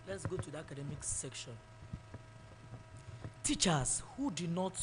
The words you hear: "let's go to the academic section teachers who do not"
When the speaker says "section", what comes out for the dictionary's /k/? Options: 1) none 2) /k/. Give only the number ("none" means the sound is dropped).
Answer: 2